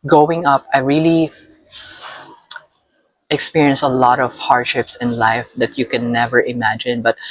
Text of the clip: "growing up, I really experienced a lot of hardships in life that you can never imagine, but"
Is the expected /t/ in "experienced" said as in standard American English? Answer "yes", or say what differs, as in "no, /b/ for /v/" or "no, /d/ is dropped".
no, /t/ is dropped